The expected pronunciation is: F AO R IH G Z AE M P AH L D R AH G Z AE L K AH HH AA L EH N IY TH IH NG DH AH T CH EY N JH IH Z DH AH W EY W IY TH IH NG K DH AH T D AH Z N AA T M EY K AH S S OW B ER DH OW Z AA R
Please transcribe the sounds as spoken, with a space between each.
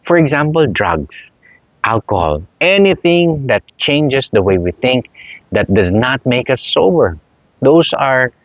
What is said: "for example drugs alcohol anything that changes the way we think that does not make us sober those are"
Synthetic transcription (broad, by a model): F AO R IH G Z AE M P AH L D R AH G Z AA L K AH HH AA L EH N IY TH IH NG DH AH T CH EY N JH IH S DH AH W EY W IY TH IH NG K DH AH T D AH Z N AA T M EY K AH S S OW B ER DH OW S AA R